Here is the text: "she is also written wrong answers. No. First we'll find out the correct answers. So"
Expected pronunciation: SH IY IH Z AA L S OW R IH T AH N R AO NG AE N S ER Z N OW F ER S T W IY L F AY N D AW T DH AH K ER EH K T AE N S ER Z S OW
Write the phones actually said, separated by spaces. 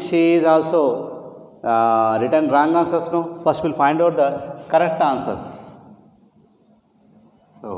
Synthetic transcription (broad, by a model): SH IY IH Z AA L S OW R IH T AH N R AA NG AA N S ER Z N OW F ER S T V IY L F AY N D AW T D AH K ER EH K T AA N S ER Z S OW